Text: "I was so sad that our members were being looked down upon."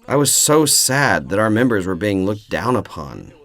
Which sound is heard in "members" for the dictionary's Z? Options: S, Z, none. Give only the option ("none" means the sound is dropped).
Z